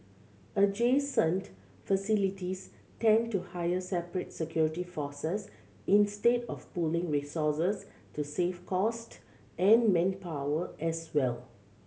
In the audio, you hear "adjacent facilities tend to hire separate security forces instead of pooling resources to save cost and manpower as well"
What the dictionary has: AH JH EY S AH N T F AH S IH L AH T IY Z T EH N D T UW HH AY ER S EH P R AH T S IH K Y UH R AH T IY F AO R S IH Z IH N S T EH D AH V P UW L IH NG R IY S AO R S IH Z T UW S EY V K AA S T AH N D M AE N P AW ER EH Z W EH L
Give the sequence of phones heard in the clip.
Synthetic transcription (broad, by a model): AH JH EY S AH N T F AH S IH L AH T IY S T EH N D T UW HH AY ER S EH P R AH T S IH K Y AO R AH T IY F AO S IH S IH N S T EH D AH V P UW L IH NG R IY S AO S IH S T UW S EY F K AA S T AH N M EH N P AW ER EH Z W EH L